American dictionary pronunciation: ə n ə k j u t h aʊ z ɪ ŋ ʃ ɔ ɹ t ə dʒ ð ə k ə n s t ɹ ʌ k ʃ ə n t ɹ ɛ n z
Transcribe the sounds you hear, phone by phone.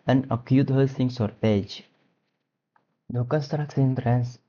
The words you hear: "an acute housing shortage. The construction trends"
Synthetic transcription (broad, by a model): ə n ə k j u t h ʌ s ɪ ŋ s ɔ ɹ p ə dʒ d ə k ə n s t ɹ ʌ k s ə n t ɹ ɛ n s